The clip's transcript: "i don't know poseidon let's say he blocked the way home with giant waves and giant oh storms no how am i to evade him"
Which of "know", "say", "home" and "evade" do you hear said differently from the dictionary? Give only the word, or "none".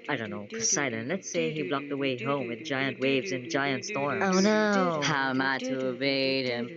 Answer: evade